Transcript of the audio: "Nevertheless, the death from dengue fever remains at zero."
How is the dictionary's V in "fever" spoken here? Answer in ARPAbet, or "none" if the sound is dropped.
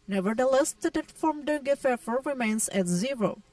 F